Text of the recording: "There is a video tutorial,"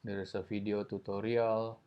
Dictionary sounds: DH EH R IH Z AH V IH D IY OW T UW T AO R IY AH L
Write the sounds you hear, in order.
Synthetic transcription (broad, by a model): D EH R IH S AH F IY D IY OW T UW T AO R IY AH L